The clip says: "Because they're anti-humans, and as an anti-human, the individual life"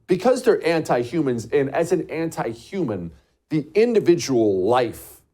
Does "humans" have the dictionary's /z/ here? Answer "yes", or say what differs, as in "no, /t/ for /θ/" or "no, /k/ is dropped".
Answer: yes